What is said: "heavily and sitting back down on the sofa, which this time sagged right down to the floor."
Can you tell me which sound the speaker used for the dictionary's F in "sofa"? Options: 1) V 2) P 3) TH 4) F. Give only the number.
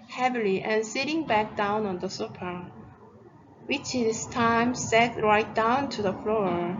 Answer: 2